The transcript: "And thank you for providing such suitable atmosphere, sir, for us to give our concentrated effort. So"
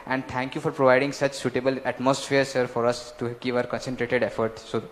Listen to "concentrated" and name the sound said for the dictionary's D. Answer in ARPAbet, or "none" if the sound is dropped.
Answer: D